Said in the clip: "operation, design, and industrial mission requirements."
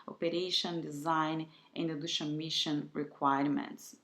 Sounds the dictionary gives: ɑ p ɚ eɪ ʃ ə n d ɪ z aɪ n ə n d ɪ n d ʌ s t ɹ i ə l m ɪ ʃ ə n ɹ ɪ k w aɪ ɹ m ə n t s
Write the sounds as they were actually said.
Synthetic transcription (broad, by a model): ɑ p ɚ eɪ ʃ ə n d ɪ z aɪ n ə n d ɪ d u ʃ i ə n m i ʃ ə n ɹ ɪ k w aɪ ɹ m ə n t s